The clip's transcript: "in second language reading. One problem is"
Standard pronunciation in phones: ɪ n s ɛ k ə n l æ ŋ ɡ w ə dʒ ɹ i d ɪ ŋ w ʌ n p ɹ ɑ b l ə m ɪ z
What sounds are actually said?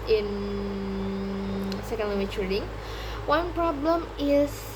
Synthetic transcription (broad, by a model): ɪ n s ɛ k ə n w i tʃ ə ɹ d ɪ ŋ w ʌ n p ɹ ɑ b l ə m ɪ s